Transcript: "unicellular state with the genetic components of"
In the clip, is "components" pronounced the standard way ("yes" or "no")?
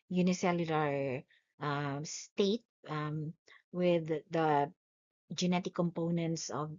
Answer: yes